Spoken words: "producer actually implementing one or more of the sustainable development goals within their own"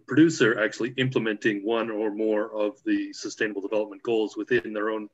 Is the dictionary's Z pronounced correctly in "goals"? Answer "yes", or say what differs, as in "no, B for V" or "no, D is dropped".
yes